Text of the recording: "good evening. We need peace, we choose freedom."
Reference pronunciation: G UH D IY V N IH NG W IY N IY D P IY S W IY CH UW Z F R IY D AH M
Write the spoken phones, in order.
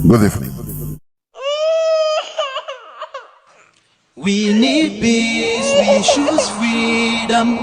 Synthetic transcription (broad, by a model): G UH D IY F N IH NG W IY N IY D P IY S W IY SH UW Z F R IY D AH M